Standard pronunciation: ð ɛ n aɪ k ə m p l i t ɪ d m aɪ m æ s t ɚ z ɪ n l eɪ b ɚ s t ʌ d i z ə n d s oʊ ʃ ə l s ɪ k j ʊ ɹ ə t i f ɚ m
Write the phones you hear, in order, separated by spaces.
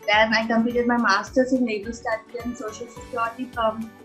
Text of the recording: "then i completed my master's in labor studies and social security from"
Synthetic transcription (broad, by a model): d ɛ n aɪ k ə m p i t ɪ d m aɪ m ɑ s t ɚ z ɪ n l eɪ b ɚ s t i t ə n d s oʊ ʃ ə l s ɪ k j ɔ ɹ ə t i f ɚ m